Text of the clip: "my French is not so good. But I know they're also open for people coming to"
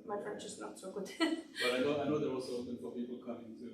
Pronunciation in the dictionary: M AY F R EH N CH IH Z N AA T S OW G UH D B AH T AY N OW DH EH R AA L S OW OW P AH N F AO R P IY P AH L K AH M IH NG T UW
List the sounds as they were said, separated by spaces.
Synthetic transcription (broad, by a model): M AY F R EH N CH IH S N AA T S OW G UH D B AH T AY N OW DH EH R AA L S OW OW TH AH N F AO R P IY P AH L K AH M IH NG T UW